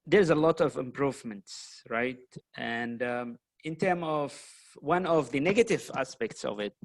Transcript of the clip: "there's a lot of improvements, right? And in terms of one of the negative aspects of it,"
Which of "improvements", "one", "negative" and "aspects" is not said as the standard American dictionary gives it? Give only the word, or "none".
none